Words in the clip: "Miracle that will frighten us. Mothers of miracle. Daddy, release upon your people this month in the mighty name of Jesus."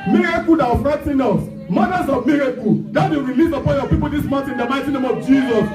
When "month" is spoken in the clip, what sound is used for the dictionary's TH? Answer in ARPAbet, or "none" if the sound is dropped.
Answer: T